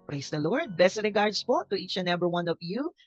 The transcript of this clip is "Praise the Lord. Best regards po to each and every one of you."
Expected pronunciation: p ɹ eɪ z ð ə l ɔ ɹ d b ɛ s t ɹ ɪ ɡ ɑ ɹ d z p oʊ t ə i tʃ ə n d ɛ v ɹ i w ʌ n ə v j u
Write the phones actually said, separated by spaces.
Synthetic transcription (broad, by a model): p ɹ eɪ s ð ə l ɔ ɹ d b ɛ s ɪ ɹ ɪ ɡ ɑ ɹ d s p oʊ t ə i tʃ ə n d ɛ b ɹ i w ʌ n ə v j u